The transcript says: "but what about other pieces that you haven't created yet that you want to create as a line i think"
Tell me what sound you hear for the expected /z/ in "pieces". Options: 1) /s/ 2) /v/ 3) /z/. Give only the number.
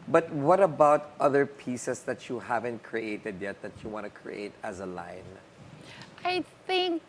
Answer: 1